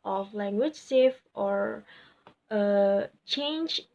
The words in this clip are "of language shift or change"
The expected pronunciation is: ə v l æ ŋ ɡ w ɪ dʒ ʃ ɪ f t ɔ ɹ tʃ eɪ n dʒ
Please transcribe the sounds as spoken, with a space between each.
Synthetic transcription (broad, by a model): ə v l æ ŋ ɡ w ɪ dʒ s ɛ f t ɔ ɹ tʃ eɪ n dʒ